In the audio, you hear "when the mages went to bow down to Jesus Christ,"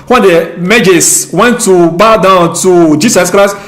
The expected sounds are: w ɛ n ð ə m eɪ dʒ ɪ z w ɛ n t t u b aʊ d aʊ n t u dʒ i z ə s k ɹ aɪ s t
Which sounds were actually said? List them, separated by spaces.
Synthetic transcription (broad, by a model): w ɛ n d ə m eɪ dʒ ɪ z w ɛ n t t u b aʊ d aʊ n t u dʒ i s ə s k ɹ aɪ s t